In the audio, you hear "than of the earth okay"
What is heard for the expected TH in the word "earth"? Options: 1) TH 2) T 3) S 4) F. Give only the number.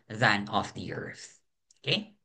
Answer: 1